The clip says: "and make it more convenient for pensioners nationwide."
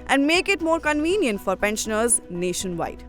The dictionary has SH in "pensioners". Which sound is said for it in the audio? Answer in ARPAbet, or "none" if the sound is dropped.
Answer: SH